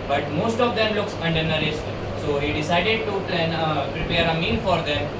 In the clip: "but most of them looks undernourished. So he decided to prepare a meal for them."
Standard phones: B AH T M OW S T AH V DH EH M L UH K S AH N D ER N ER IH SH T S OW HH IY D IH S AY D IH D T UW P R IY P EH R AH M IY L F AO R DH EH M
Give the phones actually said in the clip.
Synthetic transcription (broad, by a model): B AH T M OW S T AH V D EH M L UH K S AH N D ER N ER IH S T S OW HH IY D IH S AY D IH D T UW P R IY P EH R AH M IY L F AO R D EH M